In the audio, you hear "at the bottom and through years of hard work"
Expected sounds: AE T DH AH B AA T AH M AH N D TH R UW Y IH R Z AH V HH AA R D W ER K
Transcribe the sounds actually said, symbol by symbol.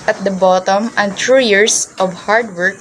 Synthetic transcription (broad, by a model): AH T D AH B AA T AH M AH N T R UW Y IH R S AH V HH AA R D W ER K